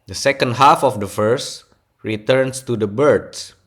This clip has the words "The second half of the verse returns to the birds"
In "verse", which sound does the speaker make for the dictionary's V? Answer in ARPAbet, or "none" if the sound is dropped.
F